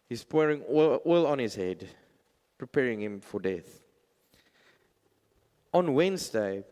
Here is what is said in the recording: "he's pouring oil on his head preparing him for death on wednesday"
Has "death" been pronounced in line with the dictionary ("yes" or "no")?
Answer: yes